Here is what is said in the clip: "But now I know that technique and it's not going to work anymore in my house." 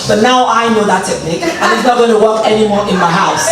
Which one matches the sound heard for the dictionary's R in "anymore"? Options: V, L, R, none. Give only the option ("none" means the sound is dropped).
R